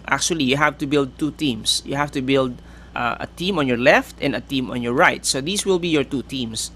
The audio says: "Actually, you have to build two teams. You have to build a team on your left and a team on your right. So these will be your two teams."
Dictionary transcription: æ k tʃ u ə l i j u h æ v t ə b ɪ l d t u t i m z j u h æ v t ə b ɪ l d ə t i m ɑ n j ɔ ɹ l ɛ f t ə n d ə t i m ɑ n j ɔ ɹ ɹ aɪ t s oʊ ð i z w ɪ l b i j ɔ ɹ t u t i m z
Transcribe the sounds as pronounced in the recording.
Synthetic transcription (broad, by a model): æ k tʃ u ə l i j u h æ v t ə b ɪ l d t u t i m s j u h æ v t ə b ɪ l d ə t i m ɑ n j ɔ ɹ l ɛ f t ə n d ə t i m ɑ n j ɔ ɹ ɹ aɪ t s oʊ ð i s w ɪ l b i j ɔ ɹ t u t i m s